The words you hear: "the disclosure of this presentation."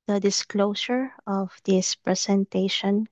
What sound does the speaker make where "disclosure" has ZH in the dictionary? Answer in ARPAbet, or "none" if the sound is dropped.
S